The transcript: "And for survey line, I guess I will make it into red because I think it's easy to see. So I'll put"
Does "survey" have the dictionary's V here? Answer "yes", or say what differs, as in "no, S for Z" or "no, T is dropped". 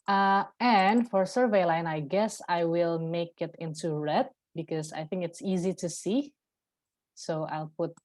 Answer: yes